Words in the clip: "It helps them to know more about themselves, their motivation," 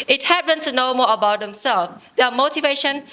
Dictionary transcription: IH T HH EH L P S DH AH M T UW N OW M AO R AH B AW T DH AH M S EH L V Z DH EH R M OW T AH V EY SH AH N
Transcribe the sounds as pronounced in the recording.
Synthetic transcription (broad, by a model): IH T HH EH P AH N T UW N OW M AO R AH B AW T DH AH M S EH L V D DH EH M OW T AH V EY SH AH N